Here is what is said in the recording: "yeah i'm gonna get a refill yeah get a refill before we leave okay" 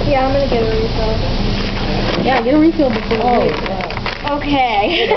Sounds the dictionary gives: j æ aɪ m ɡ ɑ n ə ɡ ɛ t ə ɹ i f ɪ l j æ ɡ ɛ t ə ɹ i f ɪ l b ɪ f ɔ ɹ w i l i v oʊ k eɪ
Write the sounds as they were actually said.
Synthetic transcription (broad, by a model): j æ aɪ m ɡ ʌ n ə ɡ ɛ t ə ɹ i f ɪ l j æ ɡ ɛ t ə ɹ i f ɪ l b ɪ f ɔ ɹ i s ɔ oʊ k eɪ